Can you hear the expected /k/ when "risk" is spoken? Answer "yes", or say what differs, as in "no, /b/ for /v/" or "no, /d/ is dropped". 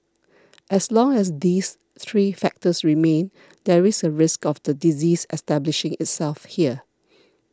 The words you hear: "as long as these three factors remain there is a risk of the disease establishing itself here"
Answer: yes